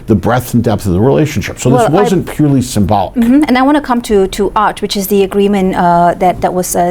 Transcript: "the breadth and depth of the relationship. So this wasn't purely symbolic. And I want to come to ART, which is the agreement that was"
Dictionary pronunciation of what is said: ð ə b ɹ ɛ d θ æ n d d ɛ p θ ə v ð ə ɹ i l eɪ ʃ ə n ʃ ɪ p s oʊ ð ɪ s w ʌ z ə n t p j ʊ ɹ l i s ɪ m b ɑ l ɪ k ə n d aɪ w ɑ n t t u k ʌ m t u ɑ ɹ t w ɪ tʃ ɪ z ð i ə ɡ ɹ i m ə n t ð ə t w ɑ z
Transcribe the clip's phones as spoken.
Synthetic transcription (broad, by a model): ð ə b ɹ ɛ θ n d d ɛ p θ ə v ð ə ɹ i l eɪ ʃ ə n ʃ ɪ p s oʊ ð ɪ s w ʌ z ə n p j ʊ ɹ l i s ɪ m b ɑ l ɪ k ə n aɪ w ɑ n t t u k ʌ m t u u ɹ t w ɪ tʃ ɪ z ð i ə ɡ ɹ i m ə n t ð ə t w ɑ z